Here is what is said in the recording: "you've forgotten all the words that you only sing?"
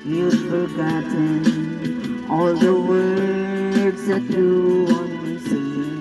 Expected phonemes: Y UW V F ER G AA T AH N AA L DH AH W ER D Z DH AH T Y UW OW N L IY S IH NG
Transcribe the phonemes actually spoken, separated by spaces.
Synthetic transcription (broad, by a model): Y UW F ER G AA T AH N AA L DH AH W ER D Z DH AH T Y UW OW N IY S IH